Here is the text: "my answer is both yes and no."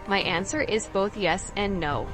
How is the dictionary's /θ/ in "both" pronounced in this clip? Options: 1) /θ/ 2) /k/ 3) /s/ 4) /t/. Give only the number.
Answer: 1